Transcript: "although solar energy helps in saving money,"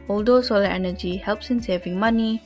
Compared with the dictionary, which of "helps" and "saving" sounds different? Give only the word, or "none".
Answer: none